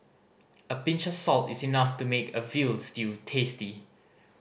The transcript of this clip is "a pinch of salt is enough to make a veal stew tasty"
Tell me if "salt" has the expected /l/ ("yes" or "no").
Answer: yes